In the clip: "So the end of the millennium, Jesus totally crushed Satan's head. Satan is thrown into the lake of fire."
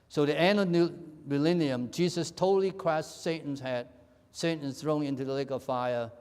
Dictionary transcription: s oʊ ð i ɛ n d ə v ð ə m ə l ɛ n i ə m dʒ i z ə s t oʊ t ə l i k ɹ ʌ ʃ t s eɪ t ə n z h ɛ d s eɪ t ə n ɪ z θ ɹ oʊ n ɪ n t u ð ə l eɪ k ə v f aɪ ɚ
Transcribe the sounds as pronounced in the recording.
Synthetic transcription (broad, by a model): s oʊ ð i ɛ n ə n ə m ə l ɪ n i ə m dʒ i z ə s t oʊ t l i k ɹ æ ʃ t s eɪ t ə n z h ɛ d s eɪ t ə n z θ ɹ oʊ n ɪ n t u ð ə l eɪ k ə v f aɪ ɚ